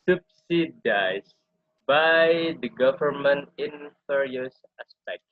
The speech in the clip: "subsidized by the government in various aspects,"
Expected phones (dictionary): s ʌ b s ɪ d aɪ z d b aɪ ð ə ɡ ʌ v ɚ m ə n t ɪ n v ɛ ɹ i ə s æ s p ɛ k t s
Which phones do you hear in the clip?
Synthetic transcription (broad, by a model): s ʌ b s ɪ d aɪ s b aɪ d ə ɡ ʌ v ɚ m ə n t ɪ n f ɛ ɹ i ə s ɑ s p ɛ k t